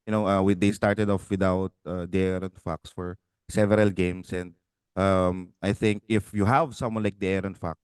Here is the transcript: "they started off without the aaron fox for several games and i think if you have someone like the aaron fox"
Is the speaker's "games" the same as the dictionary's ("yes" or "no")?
no